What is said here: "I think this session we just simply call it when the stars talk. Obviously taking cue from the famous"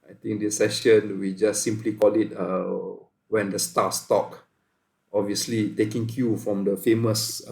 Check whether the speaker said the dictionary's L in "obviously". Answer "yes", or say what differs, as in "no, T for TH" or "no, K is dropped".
yes